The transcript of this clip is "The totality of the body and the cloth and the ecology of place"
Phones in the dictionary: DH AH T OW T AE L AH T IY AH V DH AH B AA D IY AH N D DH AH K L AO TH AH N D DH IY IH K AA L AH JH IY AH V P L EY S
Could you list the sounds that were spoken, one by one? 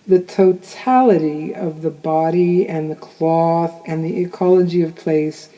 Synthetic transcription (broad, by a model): DH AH T OW T AE L AH T IY AH V DH AH B AA D IY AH N DH AH K L AO TH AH N DH IY IH K AA L AH JH IY AH V P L EY S